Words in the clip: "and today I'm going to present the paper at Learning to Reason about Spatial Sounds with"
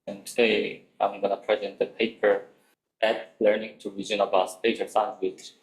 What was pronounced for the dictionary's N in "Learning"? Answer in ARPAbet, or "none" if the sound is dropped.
N